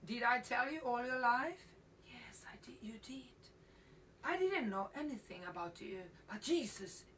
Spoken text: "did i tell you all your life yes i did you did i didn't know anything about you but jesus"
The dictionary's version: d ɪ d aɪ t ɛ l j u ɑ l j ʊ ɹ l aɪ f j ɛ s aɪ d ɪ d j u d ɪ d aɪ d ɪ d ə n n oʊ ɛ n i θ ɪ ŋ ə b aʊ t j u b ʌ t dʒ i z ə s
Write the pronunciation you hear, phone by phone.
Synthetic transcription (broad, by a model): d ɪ d aɪ t ɛ l j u ɑ l j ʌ ɹ l aɪ f j ɛ s aɪ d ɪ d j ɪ d ɪ d aɪ d ɪ d n n oʊ ɛ n i θ ɪ ŋ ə b aʊ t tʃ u b ʌ t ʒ i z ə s